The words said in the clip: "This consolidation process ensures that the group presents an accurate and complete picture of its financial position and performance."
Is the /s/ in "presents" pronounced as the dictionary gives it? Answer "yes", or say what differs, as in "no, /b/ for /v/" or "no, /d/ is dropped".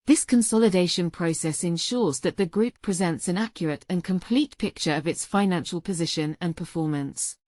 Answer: yes